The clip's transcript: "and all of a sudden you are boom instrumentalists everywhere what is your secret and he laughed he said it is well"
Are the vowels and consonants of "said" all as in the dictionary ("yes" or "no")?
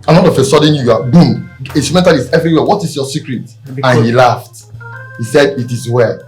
yes